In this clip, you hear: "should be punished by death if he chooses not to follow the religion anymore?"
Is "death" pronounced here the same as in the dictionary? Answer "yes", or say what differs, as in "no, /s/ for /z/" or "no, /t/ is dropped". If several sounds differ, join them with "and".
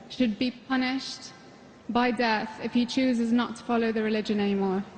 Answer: yes